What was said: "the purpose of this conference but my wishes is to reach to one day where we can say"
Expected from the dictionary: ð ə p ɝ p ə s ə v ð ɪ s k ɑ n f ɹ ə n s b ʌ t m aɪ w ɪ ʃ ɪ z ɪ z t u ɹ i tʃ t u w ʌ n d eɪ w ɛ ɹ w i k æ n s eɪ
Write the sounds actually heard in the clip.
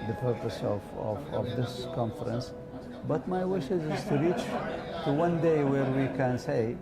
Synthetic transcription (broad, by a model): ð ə p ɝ p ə s ə v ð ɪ s k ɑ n f ɹ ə n s b ʌ t m aɪ w ɪ ʃ ɪ z ɪ z t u ɹ i tʃ t u w ʌ n d eɪ w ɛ ɹ w i k æ n s eɪ